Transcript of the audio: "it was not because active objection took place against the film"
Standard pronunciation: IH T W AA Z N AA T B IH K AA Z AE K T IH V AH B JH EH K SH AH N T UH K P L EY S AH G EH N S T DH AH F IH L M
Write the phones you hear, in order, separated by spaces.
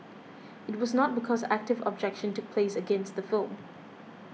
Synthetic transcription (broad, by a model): IH T W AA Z N AA T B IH K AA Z AE K T IH V AH B JH EH K SH AH N T UH K P L EY S AH G EH N S T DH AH F IH L M